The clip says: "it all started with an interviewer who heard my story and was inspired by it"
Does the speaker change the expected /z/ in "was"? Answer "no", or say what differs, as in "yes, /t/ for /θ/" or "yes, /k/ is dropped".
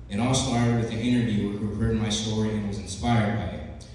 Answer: no